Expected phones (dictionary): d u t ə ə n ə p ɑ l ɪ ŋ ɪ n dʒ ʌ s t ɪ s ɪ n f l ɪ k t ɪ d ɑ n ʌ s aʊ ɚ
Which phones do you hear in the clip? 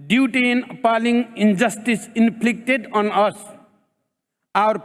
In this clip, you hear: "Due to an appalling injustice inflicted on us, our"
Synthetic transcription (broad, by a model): d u t ə n ə p ɑ l ɪ ŋ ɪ n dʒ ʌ s t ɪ s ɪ n p l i k t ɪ d ɑ n ʌ s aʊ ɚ